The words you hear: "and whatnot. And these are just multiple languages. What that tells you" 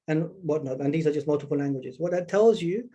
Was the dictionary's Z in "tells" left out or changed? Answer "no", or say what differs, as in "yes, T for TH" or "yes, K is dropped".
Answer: no